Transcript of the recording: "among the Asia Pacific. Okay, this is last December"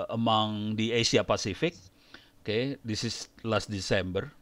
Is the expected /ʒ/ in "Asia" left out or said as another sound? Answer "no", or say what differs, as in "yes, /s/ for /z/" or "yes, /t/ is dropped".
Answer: yes, /s/ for /ʒ/